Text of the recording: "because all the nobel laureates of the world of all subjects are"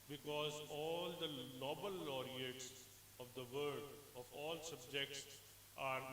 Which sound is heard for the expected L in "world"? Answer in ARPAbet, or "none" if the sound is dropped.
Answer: none